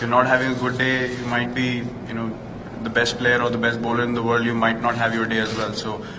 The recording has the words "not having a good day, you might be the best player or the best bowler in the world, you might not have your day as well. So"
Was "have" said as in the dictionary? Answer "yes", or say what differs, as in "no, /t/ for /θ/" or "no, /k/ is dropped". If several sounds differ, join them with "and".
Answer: yes